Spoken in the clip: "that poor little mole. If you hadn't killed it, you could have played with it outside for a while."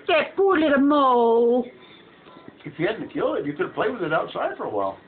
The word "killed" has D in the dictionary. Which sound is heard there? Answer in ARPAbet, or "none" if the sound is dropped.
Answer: none